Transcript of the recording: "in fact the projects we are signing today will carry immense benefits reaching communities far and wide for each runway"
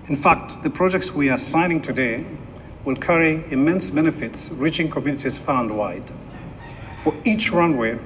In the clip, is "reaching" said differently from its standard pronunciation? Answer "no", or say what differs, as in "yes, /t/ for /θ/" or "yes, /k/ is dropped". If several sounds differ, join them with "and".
no